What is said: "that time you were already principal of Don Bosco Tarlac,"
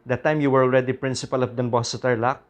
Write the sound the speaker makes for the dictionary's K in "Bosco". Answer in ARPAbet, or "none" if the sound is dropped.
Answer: none